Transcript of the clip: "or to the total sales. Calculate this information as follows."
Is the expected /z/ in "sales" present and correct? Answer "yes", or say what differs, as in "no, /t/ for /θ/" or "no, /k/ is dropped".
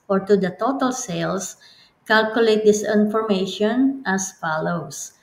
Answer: no, /s/ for /z/